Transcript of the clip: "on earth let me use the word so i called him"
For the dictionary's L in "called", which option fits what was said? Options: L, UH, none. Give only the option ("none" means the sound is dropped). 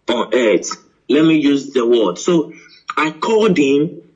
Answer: none